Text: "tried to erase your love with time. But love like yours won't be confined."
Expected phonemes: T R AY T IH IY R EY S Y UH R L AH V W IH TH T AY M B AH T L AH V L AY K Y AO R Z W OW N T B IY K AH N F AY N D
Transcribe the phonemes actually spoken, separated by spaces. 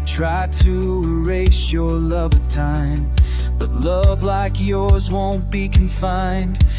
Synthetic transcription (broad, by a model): T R AY T IH R EY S Y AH R L AH V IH T AY M B AH T L AH V L AY K Y AO R Z W OW N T B IY K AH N F AY N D